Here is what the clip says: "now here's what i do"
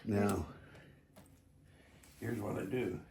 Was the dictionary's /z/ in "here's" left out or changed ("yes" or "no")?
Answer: no